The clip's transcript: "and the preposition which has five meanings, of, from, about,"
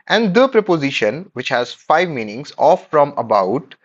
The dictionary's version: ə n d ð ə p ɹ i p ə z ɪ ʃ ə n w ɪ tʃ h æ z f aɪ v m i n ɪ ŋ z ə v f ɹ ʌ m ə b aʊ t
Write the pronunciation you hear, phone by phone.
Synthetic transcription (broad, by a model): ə n d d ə p ɹ i p ə z ɪ ʃ ə n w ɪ tʃ h æ z f aɪ v m i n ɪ ŋ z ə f ɹ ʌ m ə b aʊ t